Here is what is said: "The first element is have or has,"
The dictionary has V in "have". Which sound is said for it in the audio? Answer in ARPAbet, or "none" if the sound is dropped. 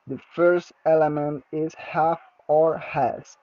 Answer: F